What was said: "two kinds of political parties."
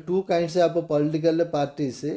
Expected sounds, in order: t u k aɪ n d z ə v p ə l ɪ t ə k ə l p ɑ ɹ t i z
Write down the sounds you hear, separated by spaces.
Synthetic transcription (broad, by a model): t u k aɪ n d s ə p p ə l ɪ t ə k ə l p ɑ ɹ t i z